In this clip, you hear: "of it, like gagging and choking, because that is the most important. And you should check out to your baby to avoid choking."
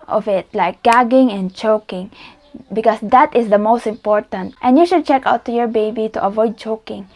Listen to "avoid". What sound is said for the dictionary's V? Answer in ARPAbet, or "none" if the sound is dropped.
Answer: V